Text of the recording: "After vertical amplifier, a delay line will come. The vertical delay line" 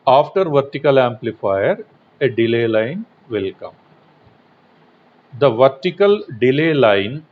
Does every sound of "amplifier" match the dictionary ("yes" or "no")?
yes